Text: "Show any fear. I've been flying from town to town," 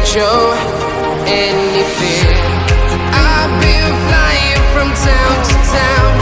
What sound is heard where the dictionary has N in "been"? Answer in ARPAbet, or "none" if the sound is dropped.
L